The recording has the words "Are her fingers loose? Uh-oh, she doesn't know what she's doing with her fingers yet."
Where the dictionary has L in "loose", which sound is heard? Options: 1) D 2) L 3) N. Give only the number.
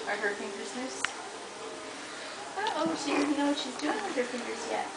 3